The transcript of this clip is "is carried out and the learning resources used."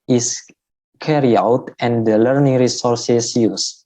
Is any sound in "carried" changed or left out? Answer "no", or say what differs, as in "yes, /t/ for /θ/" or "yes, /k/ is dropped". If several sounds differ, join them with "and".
yes, /d/ is dropped